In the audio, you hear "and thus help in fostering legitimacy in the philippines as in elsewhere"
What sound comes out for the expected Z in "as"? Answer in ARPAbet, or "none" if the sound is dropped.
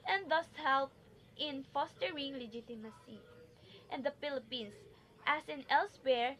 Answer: S